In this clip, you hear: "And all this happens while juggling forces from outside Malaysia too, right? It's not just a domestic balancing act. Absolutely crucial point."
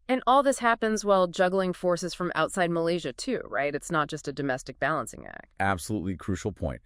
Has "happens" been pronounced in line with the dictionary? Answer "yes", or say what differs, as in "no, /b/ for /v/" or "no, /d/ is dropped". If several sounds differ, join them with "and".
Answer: yes